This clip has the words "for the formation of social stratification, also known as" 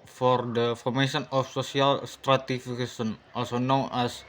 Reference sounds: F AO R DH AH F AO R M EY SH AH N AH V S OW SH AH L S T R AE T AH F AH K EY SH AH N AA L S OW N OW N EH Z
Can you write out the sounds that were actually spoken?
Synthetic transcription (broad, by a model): F AO R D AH F AO R M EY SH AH N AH F S OW S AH L S T R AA T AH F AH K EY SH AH N AA L S OW N OW N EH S